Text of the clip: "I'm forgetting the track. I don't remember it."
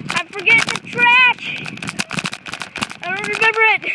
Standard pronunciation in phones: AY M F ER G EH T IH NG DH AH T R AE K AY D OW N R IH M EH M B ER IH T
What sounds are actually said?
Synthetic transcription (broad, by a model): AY F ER G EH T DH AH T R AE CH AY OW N R IH M EH M B ER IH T